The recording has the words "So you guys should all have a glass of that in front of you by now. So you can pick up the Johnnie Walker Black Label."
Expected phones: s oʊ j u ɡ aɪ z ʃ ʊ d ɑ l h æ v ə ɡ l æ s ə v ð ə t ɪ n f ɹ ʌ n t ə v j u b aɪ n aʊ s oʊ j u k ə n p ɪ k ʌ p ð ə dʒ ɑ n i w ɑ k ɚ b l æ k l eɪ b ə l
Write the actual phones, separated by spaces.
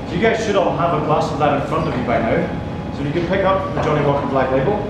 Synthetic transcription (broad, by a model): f j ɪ ɡ aɪ z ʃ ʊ d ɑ n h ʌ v ə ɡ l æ s ə v ð ə t ɪ n f ɹ ʌ n t ə v j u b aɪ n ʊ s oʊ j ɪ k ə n p ɪ k ʌ p ð ə dʒ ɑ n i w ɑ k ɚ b l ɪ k l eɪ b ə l